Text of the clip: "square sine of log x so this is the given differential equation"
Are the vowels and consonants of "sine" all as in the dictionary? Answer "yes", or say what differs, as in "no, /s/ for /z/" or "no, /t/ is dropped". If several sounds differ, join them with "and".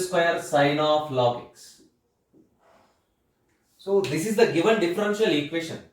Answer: yes